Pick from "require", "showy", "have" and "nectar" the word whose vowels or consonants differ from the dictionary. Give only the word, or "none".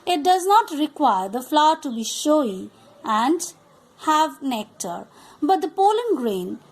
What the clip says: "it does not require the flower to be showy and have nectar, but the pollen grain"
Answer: none